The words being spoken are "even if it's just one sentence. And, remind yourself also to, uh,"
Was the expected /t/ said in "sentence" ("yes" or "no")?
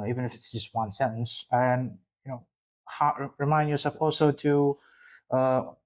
no